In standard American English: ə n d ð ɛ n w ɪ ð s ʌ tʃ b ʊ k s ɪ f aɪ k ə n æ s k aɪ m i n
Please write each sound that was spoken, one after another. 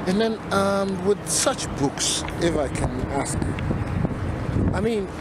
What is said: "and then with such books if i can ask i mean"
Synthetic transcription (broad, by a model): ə n ð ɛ n w ɪ ð s ʌ tʃ b ʊ k s ɪ f aɪ k ə n æ s k aɪ m i n